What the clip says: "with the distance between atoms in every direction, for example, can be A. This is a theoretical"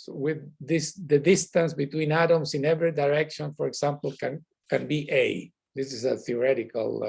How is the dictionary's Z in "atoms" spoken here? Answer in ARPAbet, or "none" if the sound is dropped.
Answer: S